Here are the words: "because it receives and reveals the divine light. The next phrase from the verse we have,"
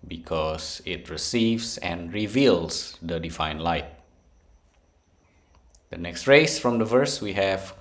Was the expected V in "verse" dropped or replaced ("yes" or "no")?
no